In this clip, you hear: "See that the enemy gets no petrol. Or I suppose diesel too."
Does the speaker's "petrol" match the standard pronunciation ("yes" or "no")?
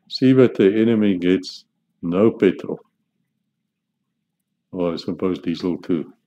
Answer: no